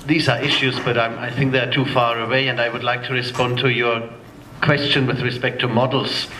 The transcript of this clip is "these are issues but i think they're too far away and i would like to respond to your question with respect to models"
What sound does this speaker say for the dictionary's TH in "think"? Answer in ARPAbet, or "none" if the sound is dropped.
TH